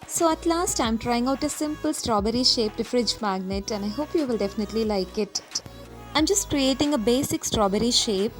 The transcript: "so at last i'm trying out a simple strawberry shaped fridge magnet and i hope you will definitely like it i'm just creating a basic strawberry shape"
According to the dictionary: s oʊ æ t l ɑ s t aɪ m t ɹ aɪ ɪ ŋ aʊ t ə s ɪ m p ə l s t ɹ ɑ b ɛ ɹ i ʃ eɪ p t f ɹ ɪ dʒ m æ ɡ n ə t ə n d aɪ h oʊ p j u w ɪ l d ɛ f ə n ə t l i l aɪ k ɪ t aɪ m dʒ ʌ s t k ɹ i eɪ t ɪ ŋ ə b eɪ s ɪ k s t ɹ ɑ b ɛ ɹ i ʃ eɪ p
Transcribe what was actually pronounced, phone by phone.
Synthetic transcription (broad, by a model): s oʊ æ t l ɑ s t aɪ m t ɹ aɪ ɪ ŋ aʊ t ə s ɪ m p ə l s t ɹ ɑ b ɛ ɹ i ʃ eɪ p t f ɹ ɪ dʒ m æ ɡ n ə t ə n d aɪ h oʊ p j u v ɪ l d ɛ f ə n ə t l i l aɪ k ɪ t aɪ m dʒ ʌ s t k ɹ i eɪ t ɪ ŋ ə b eɪ s ɪ k s t ɹ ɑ b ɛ ɹ i ʃ eɪ p